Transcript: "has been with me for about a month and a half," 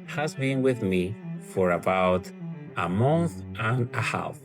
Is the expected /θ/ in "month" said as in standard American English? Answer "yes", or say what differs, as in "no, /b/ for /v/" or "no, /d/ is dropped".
yes